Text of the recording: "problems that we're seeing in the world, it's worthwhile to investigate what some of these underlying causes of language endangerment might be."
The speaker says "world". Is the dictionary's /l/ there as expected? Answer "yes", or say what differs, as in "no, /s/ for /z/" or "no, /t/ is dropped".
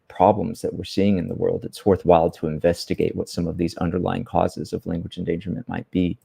yes